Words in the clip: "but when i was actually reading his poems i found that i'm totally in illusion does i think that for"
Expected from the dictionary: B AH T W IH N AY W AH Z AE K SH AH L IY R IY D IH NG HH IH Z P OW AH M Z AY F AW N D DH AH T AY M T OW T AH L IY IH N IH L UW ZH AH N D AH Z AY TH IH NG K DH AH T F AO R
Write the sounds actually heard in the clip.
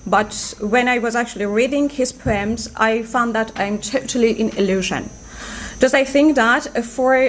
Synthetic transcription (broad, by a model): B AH T W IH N AY W AH Z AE K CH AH L IY R IY D IH NG HH IH Z P OW AH M Z AY F AW N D DH AH T AY M T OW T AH L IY IH N IH L UW ZH AH N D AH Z AY TH IH NG K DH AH T F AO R